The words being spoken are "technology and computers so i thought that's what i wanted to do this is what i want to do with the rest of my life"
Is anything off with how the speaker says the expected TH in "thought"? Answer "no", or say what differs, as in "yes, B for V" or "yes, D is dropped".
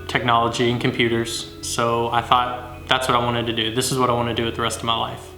no